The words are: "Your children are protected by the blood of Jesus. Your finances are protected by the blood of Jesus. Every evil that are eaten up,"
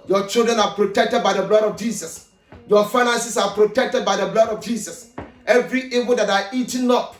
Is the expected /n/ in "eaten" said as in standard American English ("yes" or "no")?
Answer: no